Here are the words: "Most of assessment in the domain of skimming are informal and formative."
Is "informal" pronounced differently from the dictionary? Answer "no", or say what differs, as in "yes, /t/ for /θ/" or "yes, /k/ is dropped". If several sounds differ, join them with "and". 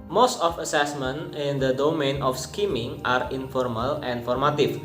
no